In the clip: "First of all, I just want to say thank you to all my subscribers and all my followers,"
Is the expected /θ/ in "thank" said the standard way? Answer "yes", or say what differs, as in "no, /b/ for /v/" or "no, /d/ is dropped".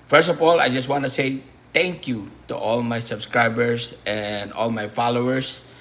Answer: no, /t/ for /θ/